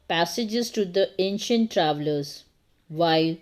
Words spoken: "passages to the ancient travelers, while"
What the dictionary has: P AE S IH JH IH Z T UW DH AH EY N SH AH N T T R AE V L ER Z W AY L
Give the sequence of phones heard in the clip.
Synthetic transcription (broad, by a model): P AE S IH JH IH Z T UW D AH EY N SH AH N T T R AE V L ER Z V AY L